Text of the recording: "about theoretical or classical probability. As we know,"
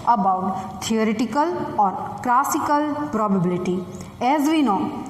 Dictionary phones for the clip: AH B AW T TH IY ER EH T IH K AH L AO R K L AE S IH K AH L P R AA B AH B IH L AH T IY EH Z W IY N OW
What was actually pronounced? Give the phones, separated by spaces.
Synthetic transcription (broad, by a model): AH B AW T T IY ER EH T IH K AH L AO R K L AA S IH K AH L P R AA B AH B IH L AH T IY EH Z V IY N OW